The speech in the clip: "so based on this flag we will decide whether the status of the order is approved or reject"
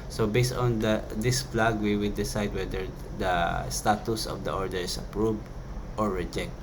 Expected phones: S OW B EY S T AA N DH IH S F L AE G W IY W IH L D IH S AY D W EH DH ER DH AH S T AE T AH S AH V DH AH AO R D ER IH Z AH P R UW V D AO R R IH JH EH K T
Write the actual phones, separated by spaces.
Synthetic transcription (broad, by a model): S OW B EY S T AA N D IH S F L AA G W IY W IH L D IH S AY D W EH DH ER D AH S T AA T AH S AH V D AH AO R D ER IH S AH P R UW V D AO R R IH JH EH K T